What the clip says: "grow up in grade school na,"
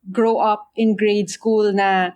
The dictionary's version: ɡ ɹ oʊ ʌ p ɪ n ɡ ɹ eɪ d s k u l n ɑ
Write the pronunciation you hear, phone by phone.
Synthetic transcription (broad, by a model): ɡ ɹ oʊ ʌ p ɪ n ɡ ɹ eɪ d s k u l n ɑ